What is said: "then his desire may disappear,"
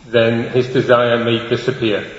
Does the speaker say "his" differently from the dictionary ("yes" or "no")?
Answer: no